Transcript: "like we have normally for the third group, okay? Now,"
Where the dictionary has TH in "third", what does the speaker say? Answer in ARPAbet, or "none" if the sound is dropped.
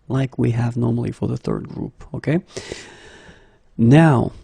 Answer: TH